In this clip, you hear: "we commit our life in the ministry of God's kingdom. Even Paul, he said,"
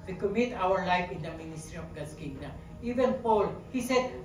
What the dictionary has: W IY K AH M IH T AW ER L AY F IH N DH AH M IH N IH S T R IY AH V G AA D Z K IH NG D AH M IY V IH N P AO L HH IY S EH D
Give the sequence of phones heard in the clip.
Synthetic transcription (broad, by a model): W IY K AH M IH T AW ER L AY F IH N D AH M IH N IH S T R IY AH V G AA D S K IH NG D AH IY V IH N P AO L HH IY S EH D